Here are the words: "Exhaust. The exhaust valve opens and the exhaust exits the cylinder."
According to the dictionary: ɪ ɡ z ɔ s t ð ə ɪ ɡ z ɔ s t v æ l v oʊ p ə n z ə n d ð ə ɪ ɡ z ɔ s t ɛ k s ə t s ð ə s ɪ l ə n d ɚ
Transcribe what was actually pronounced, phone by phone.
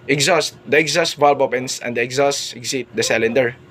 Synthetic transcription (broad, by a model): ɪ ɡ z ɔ s t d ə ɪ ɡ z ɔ s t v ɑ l b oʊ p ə n s ə n d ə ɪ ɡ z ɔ s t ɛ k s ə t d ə s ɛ l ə n d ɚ